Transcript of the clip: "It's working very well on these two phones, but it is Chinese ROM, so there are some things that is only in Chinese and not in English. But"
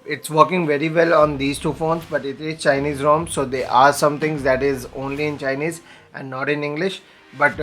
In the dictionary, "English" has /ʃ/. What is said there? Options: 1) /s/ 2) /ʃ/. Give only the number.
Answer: 2